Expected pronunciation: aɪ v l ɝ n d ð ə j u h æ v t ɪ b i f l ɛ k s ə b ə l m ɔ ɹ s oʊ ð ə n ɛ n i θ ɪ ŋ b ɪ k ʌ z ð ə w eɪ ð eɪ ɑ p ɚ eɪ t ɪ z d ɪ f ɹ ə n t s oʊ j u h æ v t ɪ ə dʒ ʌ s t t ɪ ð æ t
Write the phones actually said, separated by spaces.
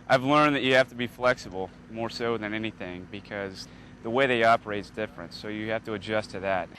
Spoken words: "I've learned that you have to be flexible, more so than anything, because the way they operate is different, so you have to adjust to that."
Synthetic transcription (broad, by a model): aɪ v l ɝ n ð ə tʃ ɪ h æ f t ɪ b i f l ɛ k s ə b l m ɔ ɹ s oʊ ð ə n ɛ n i θ ɪ ŋ b ɪ k ʌ z ð ə w eɪ ð eɪ ɑ p ɚ eɪ t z d ɪ f ɹ ə n t s oʊ j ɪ h æ f t ɪ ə dʒ ʌ s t t ɪ ð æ t